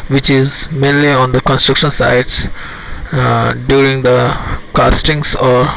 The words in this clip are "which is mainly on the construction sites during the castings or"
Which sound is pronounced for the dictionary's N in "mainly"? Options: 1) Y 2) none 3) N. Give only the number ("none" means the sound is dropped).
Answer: 3